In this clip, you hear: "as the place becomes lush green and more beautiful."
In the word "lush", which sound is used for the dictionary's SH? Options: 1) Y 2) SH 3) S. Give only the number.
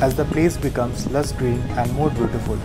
3